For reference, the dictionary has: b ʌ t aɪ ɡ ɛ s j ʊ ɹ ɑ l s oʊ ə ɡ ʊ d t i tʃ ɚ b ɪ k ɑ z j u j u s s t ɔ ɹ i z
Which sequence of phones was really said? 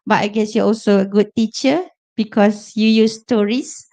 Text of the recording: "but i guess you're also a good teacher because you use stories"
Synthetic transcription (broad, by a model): b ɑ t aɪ ɡ ɛ s j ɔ ɑ l s oʊ ə ɡ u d t i tʃ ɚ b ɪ k ɑ s j u j u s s t ɔ ɹ i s